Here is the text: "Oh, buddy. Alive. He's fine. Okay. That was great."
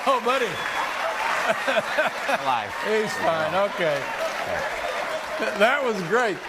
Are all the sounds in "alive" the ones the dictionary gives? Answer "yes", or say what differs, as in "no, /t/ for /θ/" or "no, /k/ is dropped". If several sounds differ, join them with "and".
no, /l/ is dropped